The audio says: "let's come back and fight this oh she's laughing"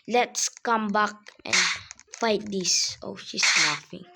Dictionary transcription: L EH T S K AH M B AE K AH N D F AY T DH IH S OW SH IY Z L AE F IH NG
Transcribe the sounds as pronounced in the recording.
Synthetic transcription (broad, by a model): L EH T S K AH M B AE K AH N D F AY T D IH S OW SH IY S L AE F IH NG